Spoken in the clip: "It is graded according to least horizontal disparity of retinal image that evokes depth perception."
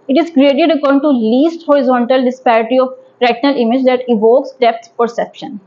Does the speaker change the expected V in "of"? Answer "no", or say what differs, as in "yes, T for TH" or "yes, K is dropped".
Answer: yes, P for V